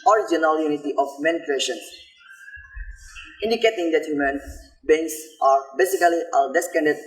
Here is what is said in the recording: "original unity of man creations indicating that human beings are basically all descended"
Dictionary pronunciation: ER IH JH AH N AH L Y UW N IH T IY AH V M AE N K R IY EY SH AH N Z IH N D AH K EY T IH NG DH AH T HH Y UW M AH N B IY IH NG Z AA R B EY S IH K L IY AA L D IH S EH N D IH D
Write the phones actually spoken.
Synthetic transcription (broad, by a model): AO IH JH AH N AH L Y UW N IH T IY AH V M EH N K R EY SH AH N IH N D AH K EY T IH NG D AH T HH Y UW M AH N B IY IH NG S AA R B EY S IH K L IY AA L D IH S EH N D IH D